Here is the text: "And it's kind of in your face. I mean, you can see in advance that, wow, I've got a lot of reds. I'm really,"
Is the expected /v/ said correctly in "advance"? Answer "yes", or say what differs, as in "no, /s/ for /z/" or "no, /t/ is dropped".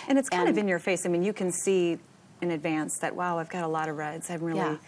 yes